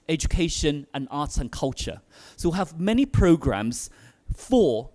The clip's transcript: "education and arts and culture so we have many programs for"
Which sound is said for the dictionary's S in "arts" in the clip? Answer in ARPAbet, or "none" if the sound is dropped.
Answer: none